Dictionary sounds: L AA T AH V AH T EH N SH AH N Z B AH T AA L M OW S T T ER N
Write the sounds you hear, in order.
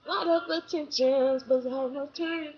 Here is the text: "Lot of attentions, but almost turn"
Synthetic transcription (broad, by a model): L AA T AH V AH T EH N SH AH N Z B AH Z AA M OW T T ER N